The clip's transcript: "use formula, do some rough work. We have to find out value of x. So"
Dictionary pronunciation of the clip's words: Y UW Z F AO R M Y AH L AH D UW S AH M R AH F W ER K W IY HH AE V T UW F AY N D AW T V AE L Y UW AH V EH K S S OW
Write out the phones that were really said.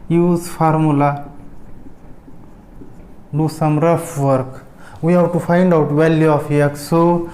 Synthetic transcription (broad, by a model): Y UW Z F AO R M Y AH L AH D UW S AH M R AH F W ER K W IY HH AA W T UW F AY N D AW T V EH L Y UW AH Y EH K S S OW